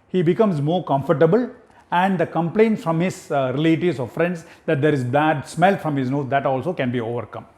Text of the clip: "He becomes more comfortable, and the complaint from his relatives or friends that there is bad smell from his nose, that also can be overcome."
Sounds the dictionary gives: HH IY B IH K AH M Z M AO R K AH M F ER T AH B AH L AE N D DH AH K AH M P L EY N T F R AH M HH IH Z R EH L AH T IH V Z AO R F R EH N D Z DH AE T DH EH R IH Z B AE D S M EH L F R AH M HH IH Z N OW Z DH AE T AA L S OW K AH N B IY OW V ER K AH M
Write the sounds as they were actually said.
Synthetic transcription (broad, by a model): HH IY B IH K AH M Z M AO R K AH M F ER T AH B AH L AE N D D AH K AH M P L EY N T F R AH M HH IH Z R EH L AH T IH Z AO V F R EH N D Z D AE T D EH R IH Z B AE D S M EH L F R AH M HH IH Z N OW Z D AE T AA L S OW K AH N B IY OW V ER K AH M